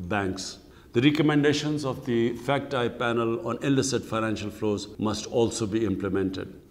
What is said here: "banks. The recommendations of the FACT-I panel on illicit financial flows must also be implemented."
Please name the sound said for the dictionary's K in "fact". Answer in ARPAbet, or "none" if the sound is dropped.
K